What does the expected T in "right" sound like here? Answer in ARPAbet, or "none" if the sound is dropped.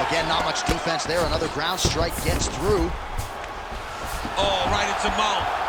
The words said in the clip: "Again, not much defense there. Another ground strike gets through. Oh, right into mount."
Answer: T